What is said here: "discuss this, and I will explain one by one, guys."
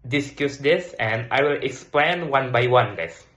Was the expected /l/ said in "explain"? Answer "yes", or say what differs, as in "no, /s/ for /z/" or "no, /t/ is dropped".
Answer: yes